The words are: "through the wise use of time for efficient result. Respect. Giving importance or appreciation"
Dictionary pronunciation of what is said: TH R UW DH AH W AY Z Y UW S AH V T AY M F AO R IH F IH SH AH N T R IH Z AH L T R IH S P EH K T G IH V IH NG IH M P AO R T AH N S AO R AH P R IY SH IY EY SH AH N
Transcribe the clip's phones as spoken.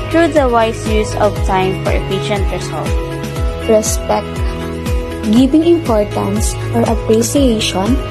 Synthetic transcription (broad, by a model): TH R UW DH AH W AY S Y UW S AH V T AY M F AO R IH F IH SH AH N T R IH S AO L T R IH S P EH K T G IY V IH NG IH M P AO R T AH N S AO R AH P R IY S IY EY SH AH N